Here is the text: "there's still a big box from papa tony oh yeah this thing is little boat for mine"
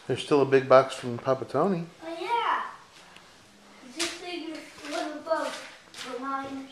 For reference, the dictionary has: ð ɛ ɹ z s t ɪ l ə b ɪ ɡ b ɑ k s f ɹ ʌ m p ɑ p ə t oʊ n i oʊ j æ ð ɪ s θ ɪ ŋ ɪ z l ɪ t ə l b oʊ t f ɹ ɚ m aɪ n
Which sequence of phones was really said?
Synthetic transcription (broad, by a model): ð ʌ ɹ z s t ɪ l ə b ɪ ɡ b ɑ k s f ɹ ʌ m p ɑ p ə t oʊ n i oʊ j æ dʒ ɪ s s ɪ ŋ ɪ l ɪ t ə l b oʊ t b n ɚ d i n